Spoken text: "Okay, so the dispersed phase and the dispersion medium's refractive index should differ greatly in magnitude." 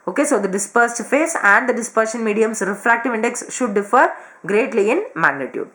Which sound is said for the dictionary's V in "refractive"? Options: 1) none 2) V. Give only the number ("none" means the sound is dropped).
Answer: 2